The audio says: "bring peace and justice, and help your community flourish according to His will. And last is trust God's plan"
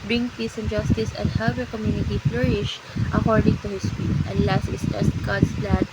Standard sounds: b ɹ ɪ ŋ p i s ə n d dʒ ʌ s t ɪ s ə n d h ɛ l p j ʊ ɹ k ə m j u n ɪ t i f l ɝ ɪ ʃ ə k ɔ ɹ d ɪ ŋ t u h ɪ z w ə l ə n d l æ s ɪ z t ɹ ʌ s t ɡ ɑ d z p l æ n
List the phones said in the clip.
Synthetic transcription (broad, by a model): b ɹ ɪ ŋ p i s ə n dʒ ʌ s t ɪ s ə n d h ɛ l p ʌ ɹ k ə m j u n ɪ t i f l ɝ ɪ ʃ ə k ɔ ɹ d ɪ ŋ t u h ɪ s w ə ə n l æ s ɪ s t ɛ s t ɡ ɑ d s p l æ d